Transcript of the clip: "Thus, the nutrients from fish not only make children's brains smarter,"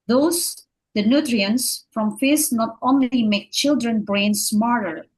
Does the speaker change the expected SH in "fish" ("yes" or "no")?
yes